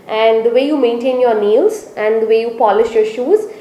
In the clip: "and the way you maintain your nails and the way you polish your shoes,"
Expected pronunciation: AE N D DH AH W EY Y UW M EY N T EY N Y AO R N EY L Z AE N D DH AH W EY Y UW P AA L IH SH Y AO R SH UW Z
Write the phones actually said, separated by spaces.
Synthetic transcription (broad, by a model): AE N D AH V EY Y UW M EY N T EY N Y AO R N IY L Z AE N D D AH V EY Y UW P AA L IH SH Y AO R SH UW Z